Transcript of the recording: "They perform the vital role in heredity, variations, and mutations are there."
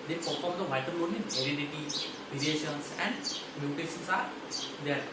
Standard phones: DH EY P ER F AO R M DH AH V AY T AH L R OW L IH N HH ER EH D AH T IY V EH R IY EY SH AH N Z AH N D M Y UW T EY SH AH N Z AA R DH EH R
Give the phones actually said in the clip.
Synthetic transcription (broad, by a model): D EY P ER F AO R M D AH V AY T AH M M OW N IH N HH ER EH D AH T IY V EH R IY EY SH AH N S AH N D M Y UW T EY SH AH N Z AA R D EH R